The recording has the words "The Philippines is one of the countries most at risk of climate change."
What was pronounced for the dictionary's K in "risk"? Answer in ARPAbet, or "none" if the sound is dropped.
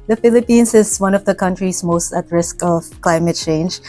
K